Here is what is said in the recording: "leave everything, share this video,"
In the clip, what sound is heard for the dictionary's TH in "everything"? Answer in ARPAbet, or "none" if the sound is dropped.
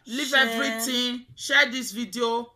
T